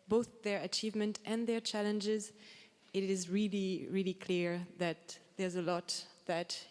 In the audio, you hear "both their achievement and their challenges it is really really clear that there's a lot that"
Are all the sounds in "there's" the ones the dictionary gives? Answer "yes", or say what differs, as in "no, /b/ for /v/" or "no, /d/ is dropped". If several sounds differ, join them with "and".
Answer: yes